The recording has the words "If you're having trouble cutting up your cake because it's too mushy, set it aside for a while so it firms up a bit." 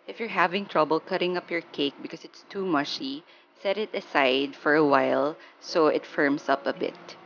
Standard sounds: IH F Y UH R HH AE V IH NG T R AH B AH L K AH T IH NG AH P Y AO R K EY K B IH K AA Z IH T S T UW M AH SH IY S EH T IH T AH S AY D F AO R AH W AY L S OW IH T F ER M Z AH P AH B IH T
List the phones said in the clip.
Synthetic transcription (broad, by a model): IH F Y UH R HH AE V IH NG T R AH B AH L K AH T IH NG AH P Y AO R K EY K B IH K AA S IH T S T UW M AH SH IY S EH T IH T AH S AY D F AO R AH W AY L S OW IH T F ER M S AH P AH B IH T